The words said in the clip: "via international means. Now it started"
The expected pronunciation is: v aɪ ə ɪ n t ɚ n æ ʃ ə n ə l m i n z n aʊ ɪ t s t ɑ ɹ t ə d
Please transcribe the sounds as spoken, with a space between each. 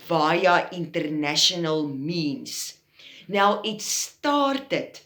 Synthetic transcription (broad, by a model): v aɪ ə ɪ n t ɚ n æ ʃ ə n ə l m i n s n aʊ ɪ t s t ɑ ɹ t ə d